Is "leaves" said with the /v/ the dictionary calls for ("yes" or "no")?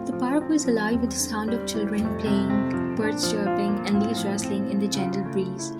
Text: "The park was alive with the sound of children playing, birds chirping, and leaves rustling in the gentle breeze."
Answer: no